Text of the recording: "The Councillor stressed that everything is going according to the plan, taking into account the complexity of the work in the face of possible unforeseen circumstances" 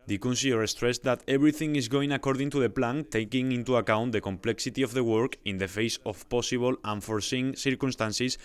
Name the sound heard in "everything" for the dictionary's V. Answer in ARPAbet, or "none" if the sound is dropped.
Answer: B